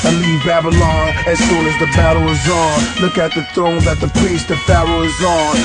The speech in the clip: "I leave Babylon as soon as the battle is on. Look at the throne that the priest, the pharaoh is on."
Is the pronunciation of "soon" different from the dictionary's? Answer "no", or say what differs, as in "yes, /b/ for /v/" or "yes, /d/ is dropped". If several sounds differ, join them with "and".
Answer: yes, /l/ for /n/